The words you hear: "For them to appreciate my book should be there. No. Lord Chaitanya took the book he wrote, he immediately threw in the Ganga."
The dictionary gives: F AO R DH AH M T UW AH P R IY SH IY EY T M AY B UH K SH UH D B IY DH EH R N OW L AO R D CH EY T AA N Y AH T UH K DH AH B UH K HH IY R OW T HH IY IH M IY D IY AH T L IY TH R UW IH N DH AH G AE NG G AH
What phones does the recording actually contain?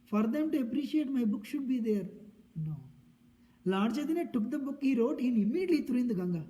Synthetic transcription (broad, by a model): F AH R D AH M T UW AH P R IY SH IY EY T M AY B UH K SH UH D B IY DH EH R N OW L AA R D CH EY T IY N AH T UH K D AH B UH K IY R OW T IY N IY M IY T L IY T R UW IH N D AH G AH NG G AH